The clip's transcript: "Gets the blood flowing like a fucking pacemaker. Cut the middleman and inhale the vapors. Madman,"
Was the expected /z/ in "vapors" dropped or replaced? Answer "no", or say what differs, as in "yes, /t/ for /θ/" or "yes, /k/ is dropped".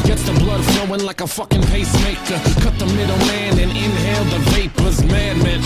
no